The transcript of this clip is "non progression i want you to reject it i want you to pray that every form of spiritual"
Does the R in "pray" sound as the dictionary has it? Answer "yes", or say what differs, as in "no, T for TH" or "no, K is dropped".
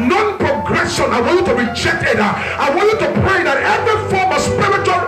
yes